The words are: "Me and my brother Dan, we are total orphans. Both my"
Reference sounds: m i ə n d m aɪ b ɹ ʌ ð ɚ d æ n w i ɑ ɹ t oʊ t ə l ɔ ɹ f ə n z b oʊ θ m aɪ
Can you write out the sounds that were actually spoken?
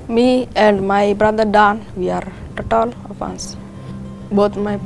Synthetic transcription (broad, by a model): m i ə n d m aɪ b ɹ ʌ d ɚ d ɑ n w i ɑ ɹ t oʊ t ə l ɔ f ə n s b oʊ t m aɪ